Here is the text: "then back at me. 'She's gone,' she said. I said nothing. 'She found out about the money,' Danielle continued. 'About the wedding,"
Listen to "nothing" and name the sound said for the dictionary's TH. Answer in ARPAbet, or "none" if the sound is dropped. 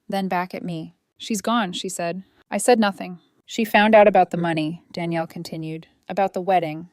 TH